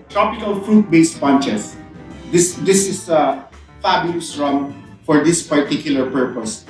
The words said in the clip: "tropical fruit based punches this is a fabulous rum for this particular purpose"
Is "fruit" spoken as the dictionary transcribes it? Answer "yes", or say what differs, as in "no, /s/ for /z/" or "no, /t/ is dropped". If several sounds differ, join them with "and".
yes